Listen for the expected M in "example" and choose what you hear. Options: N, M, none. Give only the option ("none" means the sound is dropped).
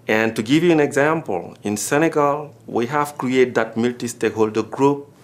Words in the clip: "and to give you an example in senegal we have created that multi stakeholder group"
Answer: M